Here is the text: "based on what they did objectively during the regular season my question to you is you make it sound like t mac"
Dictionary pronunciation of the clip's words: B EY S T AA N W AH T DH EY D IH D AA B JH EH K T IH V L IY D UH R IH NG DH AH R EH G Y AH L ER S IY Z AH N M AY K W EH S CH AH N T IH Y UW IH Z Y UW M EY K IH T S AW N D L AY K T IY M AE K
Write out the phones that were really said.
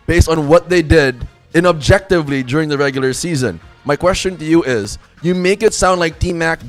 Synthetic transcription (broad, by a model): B EY S T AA N W AH T DH EY D IH D AA B JH EH K T IH V L IY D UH R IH NG DH AH R EH G Y L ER S IY Z AH N M AY K W EH S CH AH N T IH Y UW IH Z Y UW M EY K IH T S AW N D L AY K T IY M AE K